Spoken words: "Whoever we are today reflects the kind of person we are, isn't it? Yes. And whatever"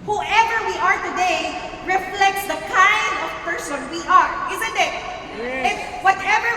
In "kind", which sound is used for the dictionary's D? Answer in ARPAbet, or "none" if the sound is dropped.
D